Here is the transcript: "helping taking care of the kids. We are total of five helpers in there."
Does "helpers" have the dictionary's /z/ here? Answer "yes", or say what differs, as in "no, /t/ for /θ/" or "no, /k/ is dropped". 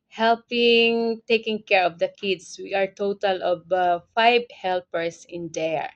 no, /s/ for /z/